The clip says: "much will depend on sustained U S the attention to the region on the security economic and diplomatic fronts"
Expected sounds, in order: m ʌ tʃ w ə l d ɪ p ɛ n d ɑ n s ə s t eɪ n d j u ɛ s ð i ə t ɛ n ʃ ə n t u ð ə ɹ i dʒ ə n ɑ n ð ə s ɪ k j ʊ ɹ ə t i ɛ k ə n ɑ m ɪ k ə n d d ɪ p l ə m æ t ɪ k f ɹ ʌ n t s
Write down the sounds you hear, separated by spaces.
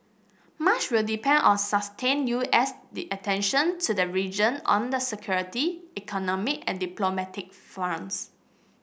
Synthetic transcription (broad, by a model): m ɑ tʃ w ə l d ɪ p ɛ n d ɑ n s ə s t eɪ n j u ɛ s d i ə t ɛ n ʃ ə n t u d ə ɹ i dʒ ə n ɑ n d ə s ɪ k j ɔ ɹ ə t i ɛ k ə n ɑ m ɪ k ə n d d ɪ p l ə m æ t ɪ k f ɑ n s